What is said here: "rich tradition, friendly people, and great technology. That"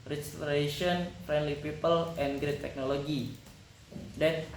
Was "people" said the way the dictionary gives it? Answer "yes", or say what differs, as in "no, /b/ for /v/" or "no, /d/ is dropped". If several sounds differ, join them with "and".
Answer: yes